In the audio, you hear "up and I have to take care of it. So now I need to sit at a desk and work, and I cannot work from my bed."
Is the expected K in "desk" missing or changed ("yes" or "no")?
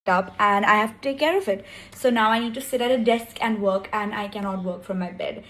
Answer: no